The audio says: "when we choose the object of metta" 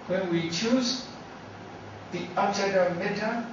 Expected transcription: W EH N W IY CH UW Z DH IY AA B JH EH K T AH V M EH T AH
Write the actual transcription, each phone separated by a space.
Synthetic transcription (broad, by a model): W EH N W IY CH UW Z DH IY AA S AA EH T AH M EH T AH